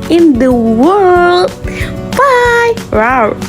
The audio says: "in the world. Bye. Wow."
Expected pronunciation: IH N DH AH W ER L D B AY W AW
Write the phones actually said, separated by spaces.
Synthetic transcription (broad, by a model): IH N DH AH W ER L D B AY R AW